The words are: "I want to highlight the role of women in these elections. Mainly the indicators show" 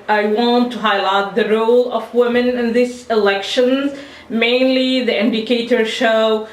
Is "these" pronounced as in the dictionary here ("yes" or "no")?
no